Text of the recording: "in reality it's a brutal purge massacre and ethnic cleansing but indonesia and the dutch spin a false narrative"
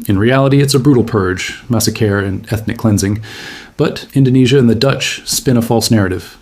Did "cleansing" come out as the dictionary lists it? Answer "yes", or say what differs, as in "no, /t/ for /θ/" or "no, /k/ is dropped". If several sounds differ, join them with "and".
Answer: yes